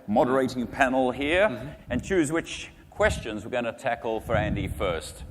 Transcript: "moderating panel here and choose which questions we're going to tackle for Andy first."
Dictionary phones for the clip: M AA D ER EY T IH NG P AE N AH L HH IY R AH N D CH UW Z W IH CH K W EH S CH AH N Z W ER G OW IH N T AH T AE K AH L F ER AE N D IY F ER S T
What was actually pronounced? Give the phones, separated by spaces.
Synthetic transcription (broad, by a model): M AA D ER EY T IH NG P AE N L HH IY R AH N CH UW Z W IH CH K W EH S CH AH N Z W ER G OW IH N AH T AE K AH L F ER AE N D IY F ER S T